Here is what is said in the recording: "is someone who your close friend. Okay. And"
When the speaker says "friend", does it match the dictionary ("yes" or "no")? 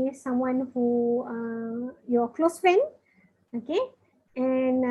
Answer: no